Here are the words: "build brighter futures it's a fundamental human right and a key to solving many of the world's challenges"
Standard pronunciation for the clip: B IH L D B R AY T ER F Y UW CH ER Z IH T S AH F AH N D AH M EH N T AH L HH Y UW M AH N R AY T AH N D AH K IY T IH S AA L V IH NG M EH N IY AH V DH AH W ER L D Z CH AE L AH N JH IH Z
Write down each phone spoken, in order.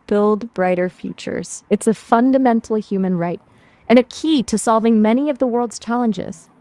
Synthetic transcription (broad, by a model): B IH L D B R AY T ER F Y UW CH ER Z IH T S AH F AH N D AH M EH N T L HH Y UW M AH N R AY T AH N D AH K IY T IH S AA L V IH NG M EH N IY AH V DH AH W ER L D Z CH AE L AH N JH IH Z